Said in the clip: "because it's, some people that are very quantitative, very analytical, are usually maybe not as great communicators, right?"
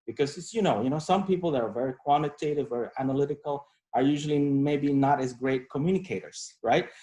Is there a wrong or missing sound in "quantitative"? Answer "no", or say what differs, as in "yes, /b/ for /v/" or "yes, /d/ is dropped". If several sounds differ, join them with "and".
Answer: no